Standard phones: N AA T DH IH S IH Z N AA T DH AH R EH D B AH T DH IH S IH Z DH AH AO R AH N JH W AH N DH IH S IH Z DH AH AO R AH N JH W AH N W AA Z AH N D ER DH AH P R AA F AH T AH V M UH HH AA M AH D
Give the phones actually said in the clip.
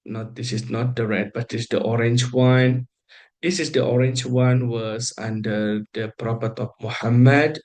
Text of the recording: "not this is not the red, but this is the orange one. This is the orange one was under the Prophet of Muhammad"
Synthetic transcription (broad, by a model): N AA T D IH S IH S N AA T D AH R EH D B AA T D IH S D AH AO R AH N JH W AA N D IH S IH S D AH AO R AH N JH W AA N W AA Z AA N D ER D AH P R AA P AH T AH F M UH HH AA M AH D